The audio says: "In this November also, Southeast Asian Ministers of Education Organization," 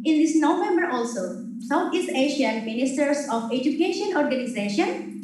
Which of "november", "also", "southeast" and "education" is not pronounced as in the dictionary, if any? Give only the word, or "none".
southeast